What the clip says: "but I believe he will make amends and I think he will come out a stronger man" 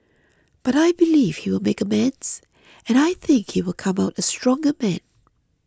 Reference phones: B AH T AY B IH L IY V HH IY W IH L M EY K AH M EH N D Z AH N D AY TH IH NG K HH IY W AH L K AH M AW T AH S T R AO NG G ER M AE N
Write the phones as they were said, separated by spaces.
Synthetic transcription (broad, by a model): B AH T AY B IH L IY V HH IY W IH L M EY K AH M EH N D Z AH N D AY TH IH NG K HH IY W AH L K AH M AW T AH S T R AO NG G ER M AE N